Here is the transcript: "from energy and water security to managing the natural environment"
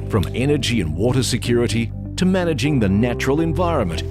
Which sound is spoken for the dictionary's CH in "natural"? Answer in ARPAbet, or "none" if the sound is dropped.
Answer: CH